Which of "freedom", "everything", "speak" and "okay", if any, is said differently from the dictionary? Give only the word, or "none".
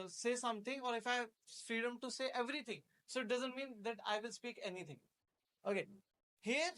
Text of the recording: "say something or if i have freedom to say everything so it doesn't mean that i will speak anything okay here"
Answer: everything